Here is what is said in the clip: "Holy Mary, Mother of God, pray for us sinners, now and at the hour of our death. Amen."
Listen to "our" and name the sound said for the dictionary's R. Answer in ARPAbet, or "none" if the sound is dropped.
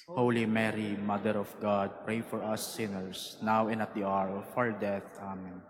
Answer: R